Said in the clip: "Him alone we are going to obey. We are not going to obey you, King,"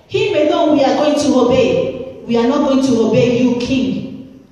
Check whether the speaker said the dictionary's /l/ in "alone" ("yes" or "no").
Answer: no